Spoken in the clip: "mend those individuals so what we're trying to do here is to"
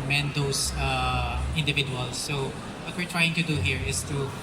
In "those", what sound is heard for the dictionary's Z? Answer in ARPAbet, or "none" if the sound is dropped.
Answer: S